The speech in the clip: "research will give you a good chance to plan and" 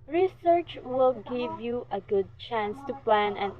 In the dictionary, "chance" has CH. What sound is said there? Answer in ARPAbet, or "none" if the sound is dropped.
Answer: CH